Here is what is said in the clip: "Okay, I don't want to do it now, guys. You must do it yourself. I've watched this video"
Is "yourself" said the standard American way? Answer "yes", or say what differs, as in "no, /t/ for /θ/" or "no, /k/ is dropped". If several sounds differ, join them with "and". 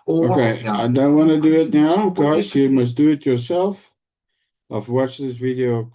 yes